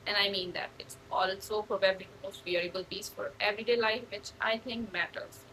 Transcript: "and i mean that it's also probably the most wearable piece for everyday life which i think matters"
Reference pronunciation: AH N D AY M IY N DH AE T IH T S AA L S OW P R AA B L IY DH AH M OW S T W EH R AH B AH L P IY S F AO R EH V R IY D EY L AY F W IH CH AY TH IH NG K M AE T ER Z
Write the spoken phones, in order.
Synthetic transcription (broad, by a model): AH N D AY M IY N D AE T IH T S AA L S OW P AA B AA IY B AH M OW S T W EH R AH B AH L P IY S F AO R EH V R IY D EY L AY F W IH CH AY T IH NG K M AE T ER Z